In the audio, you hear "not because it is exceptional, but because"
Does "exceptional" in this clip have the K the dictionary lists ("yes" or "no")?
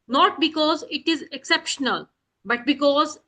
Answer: yes